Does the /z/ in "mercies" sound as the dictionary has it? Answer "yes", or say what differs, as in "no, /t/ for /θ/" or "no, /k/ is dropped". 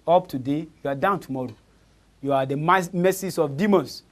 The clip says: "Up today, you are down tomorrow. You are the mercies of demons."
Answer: no, /s/ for /z/